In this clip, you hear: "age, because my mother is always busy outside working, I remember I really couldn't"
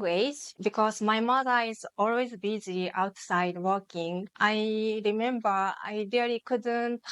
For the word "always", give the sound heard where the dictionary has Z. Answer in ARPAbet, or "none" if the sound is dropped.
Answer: Z